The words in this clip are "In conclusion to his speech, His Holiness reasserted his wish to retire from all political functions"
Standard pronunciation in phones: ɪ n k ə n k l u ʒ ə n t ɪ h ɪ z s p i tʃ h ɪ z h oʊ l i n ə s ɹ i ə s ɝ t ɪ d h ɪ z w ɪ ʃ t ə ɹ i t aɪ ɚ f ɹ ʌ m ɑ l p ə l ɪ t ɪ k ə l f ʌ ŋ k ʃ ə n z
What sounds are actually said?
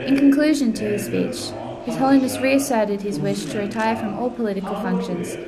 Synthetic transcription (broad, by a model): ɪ n k ə n k l u ʒ ə n t ɪ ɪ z s p i tʃ h ɪ z h oʊ l i n ə s ɹ i ə s ɝ t ɪ d ɪ z w ɪ ʃ t ə ɹ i t aɪ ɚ f ɹ ʌ m ɑ l p ə l ɪ t ɪ k ə l f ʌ ŋ k ʃ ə n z